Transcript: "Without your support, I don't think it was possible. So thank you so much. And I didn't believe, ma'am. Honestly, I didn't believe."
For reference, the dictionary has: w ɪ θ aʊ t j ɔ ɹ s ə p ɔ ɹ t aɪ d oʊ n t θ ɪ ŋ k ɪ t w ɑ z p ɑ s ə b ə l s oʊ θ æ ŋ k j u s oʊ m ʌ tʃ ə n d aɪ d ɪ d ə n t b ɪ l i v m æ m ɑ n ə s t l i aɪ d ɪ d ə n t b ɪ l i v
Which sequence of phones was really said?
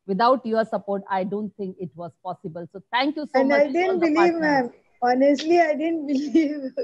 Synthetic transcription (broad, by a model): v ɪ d aʊ t j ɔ ɹ s ə p ɔ ɹ t aɪ d oʊ n t t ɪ ŋ k ɪ t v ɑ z p ɑ s ə b ə l s oʊ t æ ŋ k j u s oʊ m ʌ ə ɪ d ɪ d ə n t b ɪ l i v m æ m ɑ n ə s t l i aɪ d ɪ d ə n t b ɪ l i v